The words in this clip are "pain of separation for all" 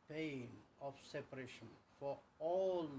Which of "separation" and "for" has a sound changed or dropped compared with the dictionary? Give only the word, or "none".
none